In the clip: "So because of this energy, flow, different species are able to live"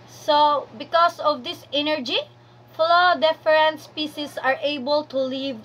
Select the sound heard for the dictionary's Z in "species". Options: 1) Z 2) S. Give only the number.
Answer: 2